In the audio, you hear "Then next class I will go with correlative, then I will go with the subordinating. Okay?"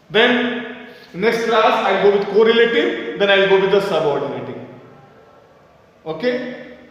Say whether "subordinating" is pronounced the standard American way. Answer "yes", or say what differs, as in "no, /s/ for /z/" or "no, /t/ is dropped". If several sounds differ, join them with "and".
yes